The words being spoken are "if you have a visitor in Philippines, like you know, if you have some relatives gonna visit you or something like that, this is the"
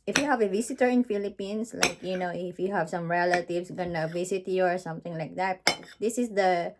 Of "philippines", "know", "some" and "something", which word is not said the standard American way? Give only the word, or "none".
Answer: philippines